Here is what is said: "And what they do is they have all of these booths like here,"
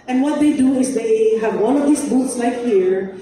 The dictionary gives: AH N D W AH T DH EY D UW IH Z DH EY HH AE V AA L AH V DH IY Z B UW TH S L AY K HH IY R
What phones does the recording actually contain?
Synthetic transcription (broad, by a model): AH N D W AH T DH EY D UW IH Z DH EY HH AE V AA N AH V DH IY S B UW T S L AY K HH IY R